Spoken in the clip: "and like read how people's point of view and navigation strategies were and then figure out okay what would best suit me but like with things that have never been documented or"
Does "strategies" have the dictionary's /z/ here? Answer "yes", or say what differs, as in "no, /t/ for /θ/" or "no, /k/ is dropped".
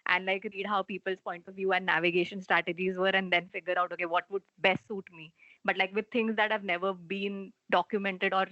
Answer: yes